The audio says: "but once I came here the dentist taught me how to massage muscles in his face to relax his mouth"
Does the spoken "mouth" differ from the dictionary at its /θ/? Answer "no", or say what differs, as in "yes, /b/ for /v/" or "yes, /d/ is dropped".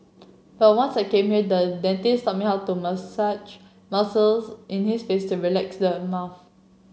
yes, /f/ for /θ/